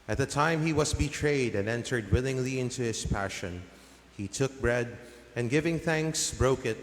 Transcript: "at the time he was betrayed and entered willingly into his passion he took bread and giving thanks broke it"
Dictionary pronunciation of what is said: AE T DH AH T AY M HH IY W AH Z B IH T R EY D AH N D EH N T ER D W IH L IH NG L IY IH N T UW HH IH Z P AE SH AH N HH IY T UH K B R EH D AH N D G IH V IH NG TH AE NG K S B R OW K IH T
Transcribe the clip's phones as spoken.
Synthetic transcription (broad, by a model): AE T DH AH T AY M HH IY W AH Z B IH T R EY D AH N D EH N T ER D W IH L IH NG L IY IH N T UW HH IH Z P AE SH AH N HH IY T UH K B R EH D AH N G IH V IH NG TH AE NG K S B R OW K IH T